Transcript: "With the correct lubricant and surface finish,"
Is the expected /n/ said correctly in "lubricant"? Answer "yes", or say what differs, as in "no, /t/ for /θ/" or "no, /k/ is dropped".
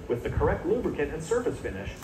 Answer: no, /n/ is dropped